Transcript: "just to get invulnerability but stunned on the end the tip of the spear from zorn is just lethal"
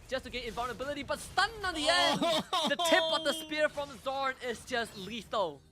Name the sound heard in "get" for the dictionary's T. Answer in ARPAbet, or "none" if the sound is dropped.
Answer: none